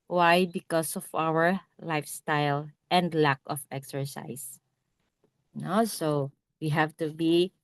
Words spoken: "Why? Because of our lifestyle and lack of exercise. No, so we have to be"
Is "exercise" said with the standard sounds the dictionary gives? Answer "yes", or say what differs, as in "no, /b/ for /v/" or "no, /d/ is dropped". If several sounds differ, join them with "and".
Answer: no, /s/ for /z/